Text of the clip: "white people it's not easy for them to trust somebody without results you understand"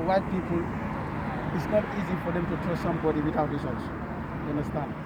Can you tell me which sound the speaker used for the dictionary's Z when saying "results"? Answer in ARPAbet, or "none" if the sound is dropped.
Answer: S